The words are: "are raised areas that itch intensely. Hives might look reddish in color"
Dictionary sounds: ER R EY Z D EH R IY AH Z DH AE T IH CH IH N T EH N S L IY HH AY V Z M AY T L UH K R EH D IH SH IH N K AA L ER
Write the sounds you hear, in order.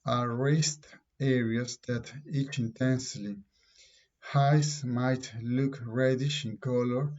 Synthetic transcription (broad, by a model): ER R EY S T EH R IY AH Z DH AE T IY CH IH N T EH N S L IY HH AY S M AY T L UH K R EH D IH SH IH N K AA L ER